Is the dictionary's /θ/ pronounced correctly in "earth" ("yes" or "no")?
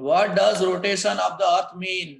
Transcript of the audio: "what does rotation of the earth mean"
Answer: no